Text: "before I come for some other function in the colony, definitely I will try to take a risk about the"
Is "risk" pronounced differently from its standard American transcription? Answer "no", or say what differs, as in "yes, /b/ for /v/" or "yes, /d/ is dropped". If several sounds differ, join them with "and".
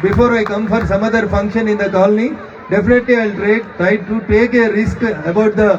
no